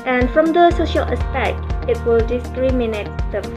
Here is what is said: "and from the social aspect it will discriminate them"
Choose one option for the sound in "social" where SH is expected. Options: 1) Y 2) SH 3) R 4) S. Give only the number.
2